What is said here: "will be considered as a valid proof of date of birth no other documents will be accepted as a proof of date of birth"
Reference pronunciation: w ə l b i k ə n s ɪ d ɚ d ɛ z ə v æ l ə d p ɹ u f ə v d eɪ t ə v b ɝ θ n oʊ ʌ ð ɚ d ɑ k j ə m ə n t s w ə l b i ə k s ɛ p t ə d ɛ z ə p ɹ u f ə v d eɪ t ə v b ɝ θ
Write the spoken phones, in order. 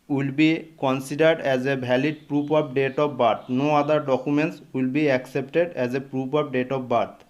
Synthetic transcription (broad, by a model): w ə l b i k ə n s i d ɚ d ɛ z ə b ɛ l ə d p ɹ u p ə b d eɪ t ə b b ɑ t n oʊ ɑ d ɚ d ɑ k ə m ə n t s w ə l b i ə k s ɛ p t ə d ɛ z ə p ɹ u p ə b d eɪ t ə b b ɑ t